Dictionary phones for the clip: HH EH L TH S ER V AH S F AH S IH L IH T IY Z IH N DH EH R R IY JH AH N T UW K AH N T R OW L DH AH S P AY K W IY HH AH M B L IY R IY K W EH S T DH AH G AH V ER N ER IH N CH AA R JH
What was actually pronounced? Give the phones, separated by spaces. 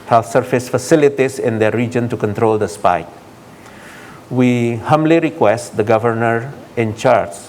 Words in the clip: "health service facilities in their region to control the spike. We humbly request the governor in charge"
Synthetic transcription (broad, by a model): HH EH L S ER F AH S F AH S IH L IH T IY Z IH N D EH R R IY JH AH N T UW K AH N T R OW L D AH S P AY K W IY HH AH M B L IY R IY K W EH S T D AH G AH V ER N ER IH N CH AA R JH